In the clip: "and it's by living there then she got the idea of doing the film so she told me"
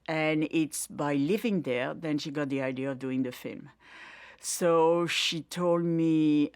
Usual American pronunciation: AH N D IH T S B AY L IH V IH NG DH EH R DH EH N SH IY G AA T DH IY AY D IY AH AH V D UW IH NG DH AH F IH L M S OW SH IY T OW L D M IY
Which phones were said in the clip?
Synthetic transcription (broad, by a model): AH N IH T S B AY L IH V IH NG DH EH R DH EH N SH IY G AA T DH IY AY D IY AH AH V D UW IH NG DH AH F IH L M S OW SH IY T OW L D M IY